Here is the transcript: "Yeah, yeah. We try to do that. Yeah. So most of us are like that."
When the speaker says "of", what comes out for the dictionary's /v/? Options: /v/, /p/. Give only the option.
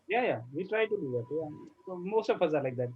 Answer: /p/